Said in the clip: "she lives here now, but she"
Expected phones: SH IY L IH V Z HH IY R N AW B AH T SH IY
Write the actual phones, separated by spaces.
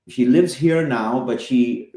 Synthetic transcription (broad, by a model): SH IY L IH V Z HH IY R N AW B AH T SH IY